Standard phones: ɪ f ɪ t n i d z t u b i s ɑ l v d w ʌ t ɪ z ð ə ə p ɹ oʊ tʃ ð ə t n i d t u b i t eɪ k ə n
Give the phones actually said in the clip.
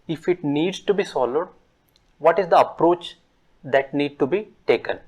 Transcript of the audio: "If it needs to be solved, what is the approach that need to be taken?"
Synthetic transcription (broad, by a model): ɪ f ɪ t n i d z t u b i s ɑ l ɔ d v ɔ t ɪ z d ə ə p ɹ oʊ tʃ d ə t n i d t u b i t eɪ k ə n